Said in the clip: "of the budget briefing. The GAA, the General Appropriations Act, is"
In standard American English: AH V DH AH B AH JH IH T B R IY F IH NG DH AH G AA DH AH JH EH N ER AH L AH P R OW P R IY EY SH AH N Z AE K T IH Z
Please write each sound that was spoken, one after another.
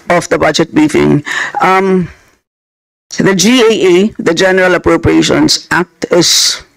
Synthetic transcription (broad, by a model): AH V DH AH B AH JH IH T B R IY F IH NG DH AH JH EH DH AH JH EH N ER AH L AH P R OW P R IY EY SH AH N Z AE K T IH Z